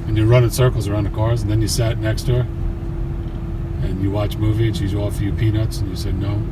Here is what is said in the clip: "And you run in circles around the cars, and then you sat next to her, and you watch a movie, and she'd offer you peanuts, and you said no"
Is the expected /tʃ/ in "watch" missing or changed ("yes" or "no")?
no